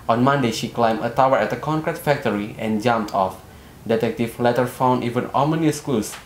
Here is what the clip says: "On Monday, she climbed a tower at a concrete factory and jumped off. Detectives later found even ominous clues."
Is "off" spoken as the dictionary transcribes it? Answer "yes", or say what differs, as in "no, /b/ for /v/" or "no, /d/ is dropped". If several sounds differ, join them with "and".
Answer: yes